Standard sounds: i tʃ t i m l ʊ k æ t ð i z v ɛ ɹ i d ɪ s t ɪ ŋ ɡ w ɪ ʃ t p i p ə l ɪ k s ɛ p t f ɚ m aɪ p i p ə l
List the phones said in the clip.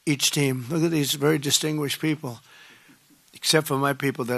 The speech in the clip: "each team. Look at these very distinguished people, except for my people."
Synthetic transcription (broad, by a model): i tʃ t i m l ʊ k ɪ t ð i z v ɛ ɹ i d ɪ s t ɪ ŋ ɡ w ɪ ʃ p i p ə l ɪ k s ɛ p t f ɚ m aɪ p i p l